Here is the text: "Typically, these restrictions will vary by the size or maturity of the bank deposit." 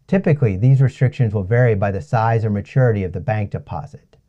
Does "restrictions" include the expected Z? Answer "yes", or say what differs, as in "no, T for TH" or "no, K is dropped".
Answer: yes